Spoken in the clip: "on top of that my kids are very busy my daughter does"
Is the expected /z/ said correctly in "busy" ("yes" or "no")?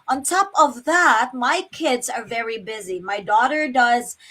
yes